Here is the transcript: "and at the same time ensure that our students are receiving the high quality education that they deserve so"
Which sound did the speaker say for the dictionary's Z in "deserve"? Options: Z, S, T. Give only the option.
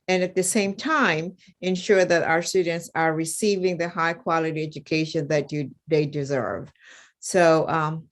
Z